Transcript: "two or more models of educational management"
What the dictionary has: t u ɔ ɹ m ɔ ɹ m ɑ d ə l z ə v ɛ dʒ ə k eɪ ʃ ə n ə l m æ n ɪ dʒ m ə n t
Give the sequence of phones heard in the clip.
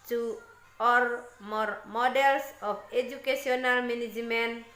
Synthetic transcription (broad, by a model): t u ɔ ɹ m ɔ ɹ m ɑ d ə l s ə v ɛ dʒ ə k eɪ s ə n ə l m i n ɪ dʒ m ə n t